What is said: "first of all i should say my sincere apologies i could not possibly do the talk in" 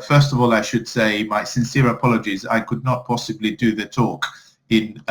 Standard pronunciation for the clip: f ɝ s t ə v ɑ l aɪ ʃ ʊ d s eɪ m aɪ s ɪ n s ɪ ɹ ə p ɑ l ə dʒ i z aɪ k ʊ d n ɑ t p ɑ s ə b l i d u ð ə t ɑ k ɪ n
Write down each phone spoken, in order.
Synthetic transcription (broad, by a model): f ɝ s t ə v ɑ l aɪ ʃ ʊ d s eɪ m aɪ s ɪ n s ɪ ɹ ə p ɑ l ə dʒ i z aɪ k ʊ d n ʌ t p ɑ s ə b l i d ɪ ð ə t ɑ k ɪ n